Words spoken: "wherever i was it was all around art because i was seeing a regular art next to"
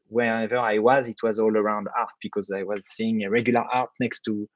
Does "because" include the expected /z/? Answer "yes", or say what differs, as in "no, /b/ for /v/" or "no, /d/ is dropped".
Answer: yes